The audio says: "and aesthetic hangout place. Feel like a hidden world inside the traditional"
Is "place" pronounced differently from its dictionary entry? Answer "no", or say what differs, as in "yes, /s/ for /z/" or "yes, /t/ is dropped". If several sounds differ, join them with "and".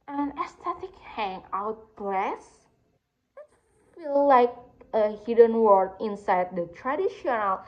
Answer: yes, /b/ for /p/